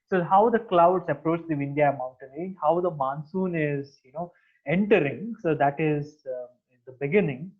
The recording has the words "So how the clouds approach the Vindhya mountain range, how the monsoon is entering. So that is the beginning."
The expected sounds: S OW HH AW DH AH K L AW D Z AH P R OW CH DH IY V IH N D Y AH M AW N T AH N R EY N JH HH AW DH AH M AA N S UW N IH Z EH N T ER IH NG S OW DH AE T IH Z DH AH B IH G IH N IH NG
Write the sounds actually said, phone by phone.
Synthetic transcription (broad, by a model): S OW HH AW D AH K L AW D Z AH P R OW CH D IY V IH N D Y AH M AW N T AH N L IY HH AW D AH M AA N S UW N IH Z EH N T ER IH NG S OW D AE T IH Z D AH B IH G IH N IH NG